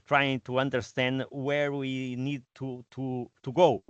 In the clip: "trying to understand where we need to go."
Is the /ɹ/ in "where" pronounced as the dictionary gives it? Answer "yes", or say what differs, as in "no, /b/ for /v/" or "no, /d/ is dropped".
yes